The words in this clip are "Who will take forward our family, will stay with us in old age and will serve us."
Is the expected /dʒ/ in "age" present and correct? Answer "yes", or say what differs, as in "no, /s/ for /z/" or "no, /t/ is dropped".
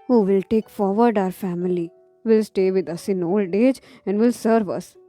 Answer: yes